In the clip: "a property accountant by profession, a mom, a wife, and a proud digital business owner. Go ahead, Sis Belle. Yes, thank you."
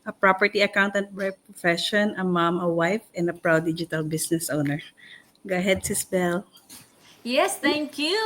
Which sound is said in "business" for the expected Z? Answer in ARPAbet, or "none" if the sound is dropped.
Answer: S